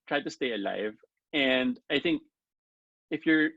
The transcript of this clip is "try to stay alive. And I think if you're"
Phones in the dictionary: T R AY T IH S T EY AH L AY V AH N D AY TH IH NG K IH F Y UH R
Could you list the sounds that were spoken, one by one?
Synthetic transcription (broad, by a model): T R AY T IH S T EY AH L AY V AH N D AY TH IH NG K IH F Y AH R